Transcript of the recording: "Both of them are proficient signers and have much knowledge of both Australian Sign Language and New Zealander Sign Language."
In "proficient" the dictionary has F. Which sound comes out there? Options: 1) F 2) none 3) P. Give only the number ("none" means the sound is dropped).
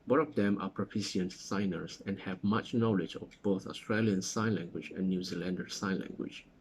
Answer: 3